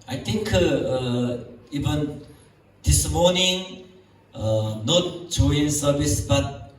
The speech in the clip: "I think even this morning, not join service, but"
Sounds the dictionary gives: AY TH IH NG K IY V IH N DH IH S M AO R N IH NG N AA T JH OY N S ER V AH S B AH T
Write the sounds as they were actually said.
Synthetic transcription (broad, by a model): AY T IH NG K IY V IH N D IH S M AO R N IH NG N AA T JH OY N S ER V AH S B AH T